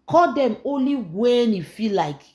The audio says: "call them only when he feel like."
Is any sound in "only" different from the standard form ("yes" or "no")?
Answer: no